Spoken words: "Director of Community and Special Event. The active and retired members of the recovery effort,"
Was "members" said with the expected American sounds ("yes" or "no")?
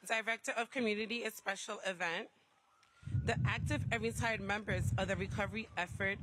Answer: yes